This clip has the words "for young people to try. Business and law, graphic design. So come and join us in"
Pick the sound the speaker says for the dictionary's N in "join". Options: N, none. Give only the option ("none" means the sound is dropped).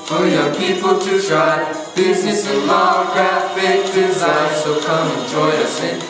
none